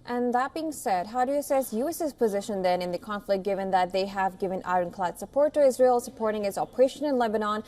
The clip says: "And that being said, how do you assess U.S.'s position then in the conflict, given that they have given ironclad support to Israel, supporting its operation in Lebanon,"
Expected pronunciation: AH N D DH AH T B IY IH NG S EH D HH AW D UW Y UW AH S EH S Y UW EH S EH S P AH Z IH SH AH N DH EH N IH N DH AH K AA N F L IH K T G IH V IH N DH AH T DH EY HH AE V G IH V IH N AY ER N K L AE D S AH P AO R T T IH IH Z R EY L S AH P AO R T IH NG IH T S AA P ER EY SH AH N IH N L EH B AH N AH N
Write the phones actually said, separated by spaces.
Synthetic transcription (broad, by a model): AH N DH AH T B IY IH NG S EH D HH AW D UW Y AH S EH S Y UW EH S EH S P AH Z IH SH AH N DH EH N IH N DH AH K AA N F L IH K G IH V IH N DH AH T DH EY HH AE V G IH V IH N AY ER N K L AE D S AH P AO R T T IH IH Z R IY L S AH P AO R T IH NG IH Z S AA P ER EY SH AH N IH N L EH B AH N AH N